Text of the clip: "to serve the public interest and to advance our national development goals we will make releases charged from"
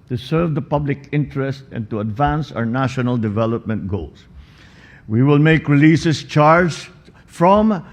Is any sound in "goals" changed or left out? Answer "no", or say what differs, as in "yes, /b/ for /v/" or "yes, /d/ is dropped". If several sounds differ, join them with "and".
yes, /s/ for /z/